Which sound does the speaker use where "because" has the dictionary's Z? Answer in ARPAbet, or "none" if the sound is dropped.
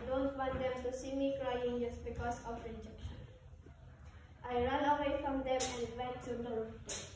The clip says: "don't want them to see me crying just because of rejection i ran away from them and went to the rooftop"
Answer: S